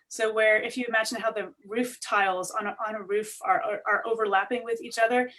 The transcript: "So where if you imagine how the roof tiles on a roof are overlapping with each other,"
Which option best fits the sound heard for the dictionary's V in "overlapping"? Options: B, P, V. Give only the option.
V